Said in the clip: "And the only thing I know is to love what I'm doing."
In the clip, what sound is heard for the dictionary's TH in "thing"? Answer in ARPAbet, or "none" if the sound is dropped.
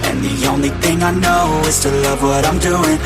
TH